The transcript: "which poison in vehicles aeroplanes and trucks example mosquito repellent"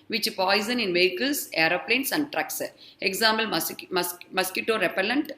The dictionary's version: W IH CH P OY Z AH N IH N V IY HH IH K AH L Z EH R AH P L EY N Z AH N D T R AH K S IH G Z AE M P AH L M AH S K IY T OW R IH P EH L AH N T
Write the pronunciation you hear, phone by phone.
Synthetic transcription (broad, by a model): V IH CH P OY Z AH N IH N V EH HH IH K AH L S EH R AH P L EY N S AH N D T R AH K S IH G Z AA M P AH L M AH S K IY T OW R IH P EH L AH N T